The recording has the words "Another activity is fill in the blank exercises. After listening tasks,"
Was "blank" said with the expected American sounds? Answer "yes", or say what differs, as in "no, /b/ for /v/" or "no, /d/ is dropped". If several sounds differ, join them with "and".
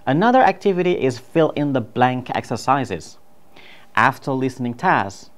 yes